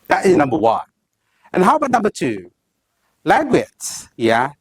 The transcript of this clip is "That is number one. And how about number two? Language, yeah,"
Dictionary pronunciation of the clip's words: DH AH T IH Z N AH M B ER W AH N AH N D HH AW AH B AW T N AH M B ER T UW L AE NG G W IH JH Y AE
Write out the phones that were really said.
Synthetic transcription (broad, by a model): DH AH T IH Z N AH M B ER W AH N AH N HH AW AH B AW T N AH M B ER T UW L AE G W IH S Y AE